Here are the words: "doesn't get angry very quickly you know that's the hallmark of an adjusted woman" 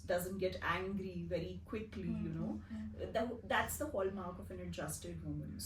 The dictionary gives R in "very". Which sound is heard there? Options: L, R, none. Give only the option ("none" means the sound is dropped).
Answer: R